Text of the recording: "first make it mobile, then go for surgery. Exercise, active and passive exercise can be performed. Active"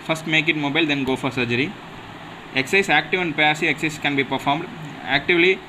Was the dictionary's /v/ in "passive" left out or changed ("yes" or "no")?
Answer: yes